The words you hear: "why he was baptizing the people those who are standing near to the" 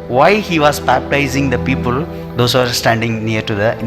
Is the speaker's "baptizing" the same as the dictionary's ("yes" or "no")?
yes